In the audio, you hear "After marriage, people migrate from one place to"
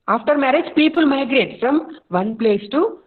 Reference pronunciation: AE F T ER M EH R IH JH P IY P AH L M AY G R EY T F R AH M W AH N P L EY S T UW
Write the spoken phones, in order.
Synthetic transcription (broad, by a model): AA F T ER M EH R IH JH P IY P AH L M AY G R EY T F R AH M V AH N P L EY S T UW